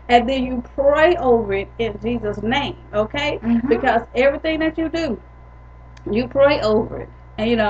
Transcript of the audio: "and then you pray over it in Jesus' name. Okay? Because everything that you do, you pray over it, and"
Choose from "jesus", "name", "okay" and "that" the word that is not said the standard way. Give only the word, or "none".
none